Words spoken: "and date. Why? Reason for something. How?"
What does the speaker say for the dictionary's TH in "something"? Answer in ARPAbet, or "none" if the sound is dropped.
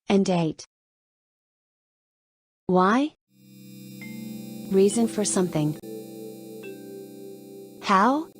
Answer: TH